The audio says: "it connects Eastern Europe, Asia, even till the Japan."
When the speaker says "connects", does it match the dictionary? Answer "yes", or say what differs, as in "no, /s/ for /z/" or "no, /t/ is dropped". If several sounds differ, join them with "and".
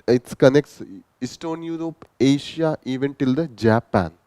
yes